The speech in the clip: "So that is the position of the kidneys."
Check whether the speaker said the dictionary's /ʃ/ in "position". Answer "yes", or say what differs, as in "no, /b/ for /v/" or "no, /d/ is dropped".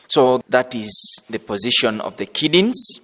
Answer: yes